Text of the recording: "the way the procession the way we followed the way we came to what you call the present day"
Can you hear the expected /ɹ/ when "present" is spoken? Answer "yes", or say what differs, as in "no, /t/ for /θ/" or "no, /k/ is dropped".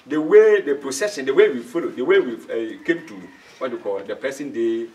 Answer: no, /ɹ/ is dropped